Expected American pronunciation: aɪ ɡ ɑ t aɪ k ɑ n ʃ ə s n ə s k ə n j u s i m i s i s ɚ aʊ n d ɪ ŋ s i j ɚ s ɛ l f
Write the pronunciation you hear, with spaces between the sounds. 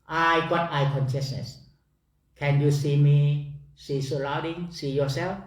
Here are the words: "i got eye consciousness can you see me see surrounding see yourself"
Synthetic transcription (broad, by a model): aɪ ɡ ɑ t aɪ k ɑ n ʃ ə s n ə s k ə n j u s i m i s i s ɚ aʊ d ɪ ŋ s i j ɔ s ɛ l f